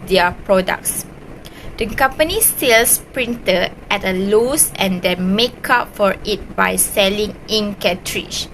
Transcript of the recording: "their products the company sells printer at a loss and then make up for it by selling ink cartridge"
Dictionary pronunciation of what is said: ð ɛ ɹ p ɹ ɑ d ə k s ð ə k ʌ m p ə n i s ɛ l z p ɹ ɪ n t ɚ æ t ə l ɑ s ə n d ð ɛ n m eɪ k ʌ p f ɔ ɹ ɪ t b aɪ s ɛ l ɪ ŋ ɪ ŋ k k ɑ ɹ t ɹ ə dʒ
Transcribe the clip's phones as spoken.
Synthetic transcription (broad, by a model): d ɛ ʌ p ɹ ɑ d ə k s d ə k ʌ m p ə n i s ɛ l s p ɹ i n t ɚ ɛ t ə l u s ə n d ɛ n m eɪ k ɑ p f ɔ ɹ ɪ t b aɪ s ɛ l ɪ ŋ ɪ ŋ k k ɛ t ɹ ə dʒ